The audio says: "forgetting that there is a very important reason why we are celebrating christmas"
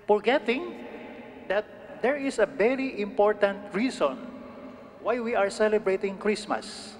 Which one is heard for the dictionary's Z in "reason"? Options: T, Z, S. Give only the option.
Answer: S